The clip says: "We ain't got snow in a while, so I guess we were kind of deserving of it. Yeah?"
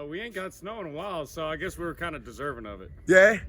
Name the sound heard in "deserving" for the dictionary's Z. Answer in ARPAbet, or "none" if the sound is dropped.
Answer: Z